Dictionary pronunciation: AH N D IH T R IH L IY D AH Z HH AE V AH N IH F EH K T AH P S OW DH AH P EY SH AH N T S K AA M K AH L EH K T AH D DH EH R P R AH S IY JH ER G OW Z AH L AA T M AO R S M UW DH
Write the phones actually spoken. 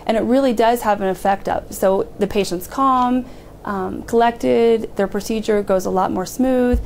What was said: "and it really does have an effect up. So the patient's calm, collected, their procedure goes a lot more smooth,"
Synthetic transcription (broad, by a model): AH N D IH T R IH L IY D AH Z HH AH V AH N IH F EH K T AH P S OW DH AH P EY SH AH N T S K AA M K AH L EH K T AH D DH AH R P R AH S IY JH ER G OW Z AH L AA T M AO R S M UW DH